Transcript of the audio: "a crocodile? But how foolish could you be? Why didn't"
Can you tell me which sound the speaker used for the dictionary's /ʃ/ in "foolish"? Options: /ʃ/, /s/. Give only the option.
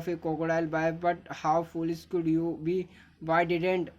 /s/